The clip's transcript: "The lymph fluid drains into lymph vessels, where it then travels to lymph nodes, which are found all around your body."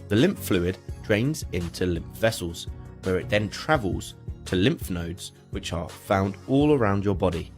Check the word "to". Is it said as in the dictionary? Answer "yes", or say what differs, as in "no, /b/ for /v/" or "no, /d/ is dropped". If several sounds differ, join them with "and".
yes